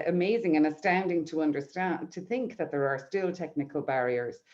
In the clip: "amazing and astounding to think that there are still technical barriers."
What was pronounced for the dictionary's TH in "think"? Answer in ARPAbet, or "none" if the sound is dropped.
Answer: TH